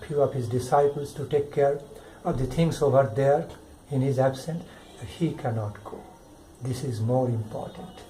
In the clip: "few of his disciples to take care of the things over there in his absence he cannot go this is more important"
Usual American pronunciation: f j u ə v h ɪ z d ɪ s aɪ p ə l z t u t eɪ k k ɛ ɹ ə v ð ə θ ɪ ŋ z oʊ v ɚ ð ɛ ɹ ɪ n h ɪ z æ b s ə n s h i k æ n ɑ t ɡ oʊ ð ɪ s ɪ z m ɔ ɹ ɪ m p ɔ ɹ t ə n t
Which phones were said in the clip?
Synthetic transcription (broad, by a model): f j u ə v h ɪ z d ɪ s aɪ p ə l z t u t eɪ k k ɛ ɹ ə v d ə t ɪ ŋ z oʊ v ɚ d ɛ ɹ ɪ n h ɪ z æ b s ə n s h i k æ n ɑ t ɡ oʊ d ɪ s ɪ z m ɔ ɹ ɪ m p ɔ ɹ t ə n t